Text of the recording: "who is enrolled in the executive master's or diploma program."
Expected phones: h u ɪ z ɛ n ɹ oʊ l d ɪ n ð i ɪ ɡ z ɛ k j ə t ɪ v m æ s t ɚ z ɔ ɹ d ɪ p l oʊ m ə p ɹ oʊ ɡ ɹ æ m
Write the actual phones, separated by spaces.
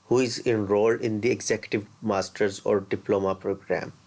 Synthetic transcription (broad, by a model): h u ɪ z ɛ n ɹ oʊ l d ɪ n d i ɪ ɡ z ɛ k j ə t ɪ v m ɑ s t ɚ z ɔ ɹ d ɪ p l oʊ m ə p ɹ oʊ ɡ ɹ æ m